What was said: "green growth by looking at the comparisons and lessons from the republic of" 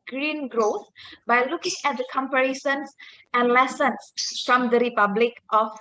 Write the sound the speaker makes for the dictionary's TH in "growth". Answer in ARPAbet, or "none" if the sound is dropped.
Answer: T